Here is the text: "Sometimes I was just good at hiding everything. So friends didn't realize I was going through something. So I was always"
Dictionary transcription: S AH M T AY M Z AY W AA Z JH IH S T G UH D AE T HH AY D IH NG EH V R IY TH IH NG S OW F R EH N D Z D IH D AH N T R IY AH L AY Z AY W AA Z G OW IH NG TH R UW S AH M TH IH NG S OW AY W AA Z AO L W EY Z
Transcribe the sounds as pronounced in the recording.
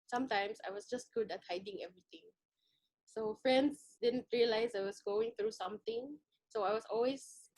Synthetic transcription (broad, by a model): S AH M T AY M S AY W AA S JH IH S T G UH D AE T HH AY D IH NG EH V R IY T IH NG S OW F R EH N D S D IH D AH N T R IY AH L AY S AY W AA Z G OW IH NG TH R UW S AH M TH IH NG S OW AY W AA S AO L W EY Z